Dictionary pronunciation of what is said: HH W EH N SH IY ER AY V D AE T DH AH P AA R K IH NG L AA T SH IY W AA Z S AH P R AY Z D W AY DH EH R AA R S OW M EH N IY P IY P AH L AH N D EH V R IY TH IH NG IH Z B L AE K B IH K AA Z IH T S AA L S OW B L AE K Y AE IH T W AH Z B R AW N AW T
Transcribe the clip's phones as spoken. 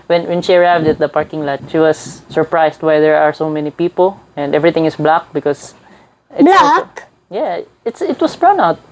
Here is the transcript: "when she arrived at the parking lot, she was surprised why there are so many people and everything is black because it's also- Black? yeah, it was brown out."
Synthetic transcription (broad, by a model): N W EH N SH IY ER AY V D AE T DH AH P AA R K IH NG L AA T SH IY W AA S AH P R AY S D W AY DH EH R AA R S OW M EH N IY P IY P AH L AH N D EH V R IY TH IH NG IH S B L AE K B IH K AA S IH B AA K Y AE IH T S IH T W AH S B R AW N AW T